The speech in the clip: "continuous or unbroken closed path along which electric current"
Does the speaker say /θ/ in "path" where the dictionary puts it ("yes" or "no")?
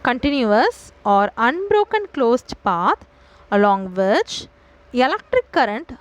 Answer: no